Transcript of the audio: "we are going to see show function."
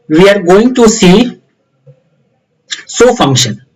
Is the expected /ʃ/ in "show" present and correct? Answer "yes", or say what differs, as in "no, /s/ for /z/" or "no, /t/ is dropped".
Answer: no, /s/ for /ʃ/